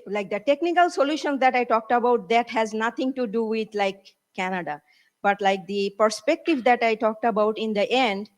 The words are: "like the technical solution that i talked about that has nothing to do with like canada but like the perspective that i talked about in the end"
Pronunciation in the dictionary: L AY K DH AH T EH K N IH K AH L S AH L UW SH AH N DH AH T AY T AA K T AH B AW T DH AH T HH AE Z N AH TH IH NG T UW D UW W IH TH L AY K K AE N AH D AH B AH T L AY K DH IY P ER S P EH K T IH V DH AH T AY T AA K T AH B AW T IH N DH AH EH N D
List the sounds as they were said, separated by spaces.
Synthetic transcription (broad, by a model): L AY K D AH T EH K N IH K AH L S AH L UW SH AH N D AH T AY T AA K T AH B AW T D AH T HH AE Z N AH T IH NG T UW D UW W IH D L AY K K AE N AH D AH B AH T L AY K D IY P ER S P EH K T IH V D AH T AY T AA K T AH B AW T IH N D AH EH N D